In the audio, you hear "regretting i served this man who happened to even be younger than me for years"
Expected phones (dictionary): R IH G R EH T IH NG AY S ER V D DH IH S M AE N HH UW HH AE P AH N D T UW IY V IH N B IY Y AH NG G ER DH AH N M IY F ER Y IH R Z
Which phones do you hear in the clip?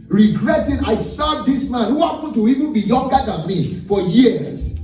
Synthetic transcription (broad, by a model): R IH G R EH T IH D AY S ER D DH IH S M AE N HH UW HH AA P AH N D T UW IY V IH N B IY Y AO NG G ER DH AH N M IY F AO Y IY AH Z